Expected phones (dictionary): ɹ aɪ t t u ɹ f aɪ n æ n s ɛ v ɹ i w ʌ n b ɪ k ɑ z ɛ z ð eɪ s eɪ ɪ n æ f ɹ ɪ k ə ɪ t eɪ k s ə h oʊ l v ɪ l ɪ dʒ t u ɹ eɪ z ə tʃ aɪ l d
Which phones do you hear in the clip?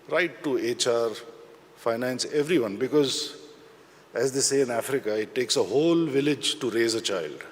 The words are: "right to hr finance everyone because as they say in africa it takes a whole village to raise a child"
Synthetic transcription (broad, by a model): ɹ aɪ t t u ɹ f aɪ n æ n s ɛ v ɹ i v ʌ n b ɪ k ɑ z ɛ z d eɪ s eɪ ɪ n æ f ɹ ɪ k ə ɪ t eɪ k s ə h oʊ l v ɪ l ɪ dʒ t u ɹ eɪ z ə tʃ aɪ l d